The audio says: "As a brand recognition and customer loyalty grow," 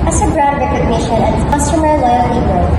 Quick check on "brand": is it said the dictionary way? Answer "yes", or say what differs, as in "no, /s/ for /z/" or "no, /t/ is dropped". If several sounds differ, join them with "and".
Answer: no, /n/ is dropped